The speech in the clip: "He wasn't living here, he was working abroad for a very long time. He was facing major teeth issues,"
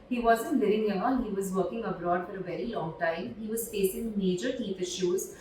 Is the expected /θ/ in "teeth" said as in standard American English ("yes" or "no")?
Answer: no